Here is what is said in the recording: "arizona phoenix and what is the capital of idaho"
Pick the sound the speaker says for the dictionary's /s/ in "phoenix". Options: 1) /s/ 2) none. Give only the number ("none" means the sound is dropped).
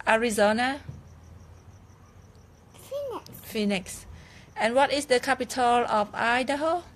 1